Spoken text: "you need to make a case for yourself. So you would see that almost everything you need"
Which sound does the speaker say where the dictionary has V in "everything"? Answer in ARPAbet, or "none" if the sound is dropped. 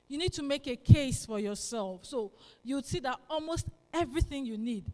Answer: V